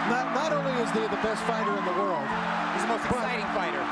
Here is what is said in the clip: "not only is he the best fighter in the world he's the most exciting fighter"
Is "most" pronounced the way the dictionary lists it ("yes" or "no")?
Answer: no